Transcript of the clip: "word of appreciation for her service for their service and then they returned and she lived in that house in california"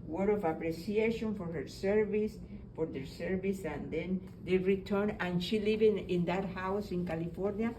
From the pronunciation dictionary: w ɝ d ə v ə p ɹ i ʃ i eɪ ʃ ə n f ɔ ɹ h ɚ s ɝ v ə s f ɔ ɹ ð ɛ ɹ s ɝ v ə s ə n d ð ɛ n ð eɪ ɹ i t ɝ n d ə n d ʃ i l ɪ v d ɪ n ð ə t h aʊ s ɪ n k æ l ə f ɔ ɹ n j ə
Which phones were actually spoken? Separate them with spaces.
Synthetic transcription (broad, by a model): w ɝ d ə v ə p ɹ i s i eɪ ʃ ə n f ɔ ɹ h ɚ s ɝ v ə s f ɔ ɹ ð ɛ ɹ s ɝ v ə s ə n d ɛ n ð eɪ ɹ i t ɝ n ə n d ʃ i l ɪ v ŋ ɪ n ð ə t h aʊ s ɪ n k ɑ l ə f ɔ ɹ n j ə